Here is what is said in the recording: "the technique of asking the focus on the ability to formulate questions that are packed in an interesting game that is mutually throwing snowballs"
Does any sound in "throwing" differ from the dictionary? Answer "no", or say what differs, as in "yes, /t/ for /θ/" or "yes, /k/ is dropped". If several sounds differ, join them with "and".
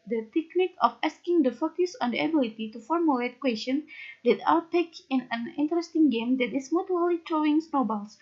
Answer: yes, /t/ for /θ/